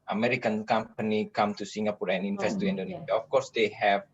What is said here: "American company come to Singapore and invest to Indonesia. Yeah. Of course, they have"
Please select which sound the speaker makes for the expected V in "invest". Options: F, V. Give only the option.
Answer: F